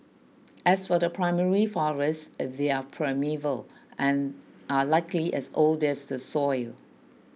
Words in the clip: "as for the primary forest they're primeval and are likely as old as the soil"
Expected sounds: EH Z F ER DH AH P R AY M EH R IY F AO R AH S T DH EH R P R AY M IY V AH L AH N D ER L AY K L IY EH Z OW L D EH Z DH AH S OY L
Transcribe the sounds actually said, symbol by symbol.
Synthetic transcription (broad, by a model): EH S F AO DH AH P R AY M EH R IY F AO R AH S T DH EH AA P R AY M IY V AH L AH N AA L AY K L IY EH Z OW L D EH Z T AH S OY L